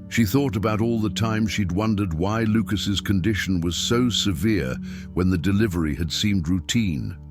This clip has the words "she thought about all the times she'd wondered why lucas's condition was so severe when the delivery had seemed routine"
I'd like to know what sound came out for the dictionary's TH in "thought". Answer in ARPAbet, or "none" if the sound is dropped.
TH